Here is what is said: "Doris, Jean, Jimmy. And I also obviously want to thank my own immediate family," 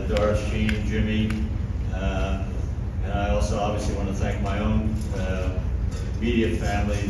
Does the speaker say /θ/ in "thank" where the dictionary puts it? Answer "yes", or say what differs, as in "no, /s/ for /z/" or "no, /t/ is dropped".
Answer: yes